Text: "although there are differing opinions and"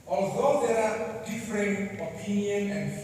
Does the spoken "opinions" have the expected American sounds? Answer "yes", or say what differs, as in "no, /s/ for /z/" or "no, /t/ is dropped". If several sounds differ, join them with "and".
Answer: no, /z/ is dropped